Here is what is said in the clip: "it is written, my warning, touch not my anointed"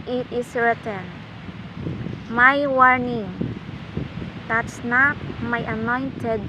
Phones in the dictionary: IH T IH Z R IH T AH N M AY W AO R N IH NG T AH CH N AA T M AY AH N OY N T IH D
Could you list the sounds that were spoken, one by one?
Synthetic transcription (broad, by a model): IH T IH S R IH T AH N M AY W AO R N IH NG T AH S N AA T M AY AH N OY N T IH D